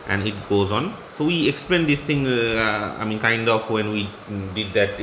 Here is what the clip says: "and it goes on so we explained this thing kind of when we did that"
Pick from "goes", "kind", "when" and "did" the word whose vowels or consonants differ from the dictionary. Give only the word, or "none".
none